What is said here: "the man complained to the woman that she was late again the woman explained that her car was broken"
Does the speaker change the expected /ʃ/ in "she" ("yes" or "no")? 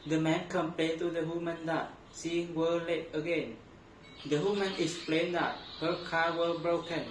yes